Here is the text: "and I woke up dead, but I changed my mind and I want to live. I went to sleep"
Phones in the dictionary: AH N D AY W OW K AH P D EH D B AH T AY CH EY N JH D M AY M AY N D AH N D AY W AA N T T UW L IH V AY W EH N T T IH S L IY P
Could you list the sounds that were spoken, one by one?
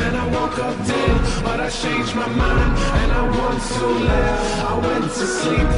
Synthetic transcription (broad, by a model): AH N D AY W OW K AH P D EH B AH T AY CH EY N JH M AY M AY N AH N AY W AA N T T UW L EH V AY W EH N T T IH S L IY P